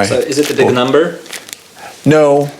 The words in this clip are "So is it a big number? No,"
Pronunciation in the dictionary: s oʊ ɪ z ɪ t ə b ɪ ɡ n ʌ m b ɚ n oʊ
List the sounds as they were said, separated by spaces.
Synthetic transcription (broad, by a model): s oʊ ɪ z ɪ t ə b ɪ ɡ n ʌ m b ɚ n oʊ